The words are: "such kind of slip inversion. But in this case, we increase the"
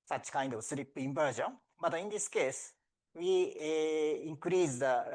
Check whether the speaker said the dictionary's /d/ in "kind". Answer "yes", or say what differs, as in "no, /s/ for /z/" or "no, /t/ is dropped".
yes